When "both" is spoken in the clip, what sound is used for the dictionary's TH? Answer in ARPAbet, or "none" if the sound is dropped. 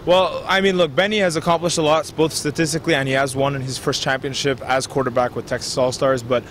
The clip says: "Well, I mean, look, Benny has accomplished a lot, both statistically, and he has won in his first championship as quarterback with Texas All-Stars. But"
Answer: TH